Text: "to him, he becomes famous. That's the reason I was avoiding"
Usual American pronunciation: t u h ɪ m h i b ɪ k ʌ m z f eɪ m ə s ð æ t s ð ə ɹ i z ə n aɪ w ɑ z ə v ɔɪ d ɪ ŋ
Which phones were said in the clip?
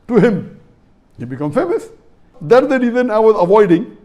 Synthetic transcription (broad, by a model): t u h ɪ m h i b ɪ k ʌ m f eɪ m ə s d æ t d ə ɹ i z ə n aɪ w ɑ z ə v ɔɪ d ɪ ŋ